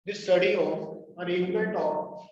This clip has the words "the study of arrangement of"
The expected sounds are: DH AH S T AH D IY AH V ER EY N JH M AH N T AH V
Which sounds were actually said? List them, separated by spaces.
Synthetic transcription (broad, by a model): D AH S T AH D IY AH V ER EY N M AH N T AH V